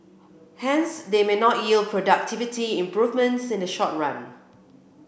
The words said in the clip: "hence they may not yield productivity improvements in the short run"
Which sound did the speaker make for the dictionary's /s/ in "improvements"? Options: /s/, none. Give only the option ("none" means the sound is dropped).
/s/